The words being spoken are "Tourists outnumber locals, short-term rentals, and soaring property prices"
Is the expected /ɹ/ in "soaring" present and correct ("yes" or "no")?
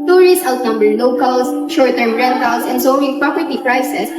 no